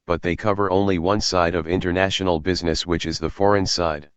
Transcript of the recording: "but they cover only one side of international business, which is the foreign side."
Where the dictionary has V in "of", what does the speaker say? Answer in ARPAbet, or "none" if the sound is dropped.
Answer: V